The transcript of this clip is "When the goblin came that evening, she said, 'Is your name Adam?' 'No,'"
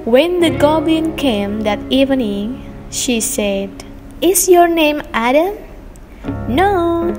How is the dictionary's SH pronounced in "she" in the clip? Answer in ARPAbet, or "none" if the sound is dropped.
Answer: SH